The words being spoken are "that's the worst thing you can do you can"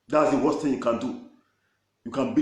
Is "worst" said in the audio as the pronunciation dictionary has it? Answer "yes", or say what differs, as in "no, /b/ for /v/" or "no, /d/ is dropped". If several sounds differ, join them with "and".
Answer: no, /s/ is dropped